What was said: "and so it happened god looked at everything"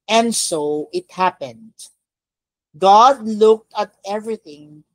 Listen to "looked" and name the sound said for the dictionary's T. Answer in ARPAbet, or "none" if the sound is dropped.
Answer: T